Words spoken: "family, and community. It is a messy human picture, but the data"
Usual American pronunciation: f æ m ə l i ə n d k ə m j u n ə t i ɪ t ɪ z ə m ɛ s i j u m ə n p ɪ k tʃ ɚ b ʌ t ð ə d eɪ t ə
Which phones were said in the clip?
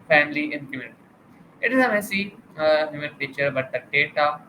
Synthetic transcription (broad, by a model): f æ m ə l i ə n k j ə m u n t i ɪ t ɪ z ə m ɛ s i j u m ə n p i tʃ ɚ b ʌ t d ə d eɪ t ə